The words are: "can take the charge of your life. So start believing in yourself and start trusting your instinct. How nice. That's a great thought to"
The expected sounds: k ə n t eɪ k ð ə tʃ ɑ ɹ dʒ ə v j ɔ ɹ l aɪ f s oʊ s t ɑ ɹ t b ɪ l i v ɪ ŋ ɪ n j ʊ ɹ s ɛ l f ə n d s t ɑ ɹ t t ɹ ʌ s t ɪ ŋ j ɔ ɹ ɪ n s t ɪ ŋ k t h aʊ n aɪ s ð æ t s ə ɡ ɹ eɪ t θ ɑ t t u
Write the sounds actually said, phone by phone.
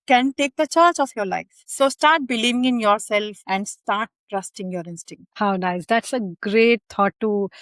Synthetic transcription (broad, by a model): k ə n t eɪ k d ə tʃ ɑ ɹ tʃ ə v j ɔ ɹ l aɪ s s oʊ s t ɑ ɹ t b ɪ l i v ɪ ŋ ɪ n j ʊ ɹ s ɛ l f ə n d s t ɑ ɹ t t ɹ ʌ s t ɪ ŋ j ɔ ɹ ɪ n s t ɪ ŋ k t h aʊ n aɪ s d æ t s ə ɡ ɹ eɪ t t ɑ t t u